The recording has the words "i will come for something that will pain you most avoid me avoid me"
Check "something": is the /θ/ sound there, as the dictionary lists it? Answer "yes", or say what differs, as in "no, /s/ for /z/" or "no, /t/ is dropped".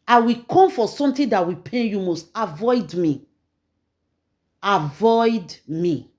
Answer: no, /t/ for /θ/